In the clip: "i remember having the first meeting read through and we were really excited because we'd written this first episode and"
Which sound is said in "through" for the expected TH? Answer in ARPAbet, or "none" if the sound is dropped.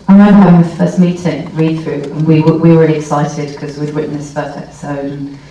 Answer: TH